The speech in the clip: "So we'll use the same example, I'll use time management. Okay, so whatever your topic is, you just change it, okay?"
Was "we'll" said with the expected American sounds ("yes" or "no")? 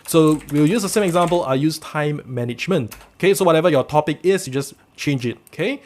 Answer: no